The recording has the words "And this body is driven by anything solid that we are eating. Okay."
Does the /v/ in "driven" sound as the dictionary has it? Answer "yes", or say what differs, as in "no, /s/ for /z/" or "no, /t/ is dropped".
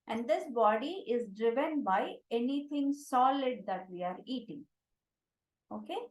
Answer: yes